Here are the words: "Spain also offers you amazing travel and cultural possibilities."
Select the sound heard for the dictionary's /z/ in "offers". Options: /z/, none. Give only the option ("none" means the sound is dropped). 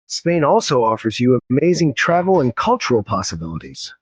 /z/